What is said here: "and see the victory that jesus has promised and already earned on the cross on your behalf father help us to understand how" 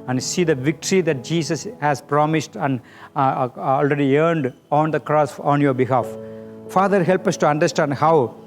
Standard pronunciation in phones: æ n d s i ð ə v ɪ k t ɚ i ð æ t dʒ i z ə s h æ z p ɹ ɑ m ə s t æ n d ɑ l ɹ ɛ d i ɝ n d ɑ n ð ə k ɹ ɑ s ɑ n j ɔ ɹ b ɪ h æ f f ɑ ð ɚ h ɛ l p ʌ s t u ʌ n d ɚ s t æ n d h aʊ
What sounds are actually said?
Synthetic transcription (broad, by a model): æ n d s i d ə v ɪ k t ɚ i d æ t dʒ i s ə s h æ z p ɹ ɑ m ə s t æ n d ɑ l ɹ ɛ d i ɝ n d ɑ n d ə k ɹ ɑ s ɑ n j ɔ ɹ b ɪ h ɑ f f ɑ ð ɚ h ɛ l p ʌ s t u ʌ n d ɚ s t æ n d h aʊ